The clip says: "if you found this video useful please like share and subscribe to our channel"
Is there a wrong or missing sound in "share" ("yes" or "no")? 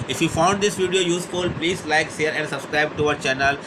yes